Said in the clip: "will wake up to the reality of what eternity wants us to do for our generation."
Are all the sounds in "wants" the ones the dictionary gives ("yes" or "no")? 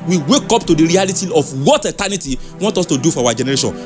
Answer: no